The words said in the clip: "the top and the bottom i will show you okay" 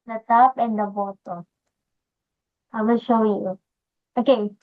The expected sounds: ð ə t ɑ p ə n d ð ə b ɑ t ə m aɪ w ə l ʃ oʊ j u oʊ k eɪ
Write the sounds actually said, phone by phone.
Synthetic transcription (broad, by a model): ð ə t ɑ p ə n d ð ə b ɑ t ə aɪ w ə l ʃ oʊ j u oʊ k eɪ